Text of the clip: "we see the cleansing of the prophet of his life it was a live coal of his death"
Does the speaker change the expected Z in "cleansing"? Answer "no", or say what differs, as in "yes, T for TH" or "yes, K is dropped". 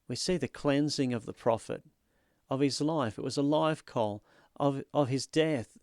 no